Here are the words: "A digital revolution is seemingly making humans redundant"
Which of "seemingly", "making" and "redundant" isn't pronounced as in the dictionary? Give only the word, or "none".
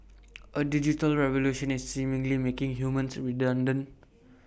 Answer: redundant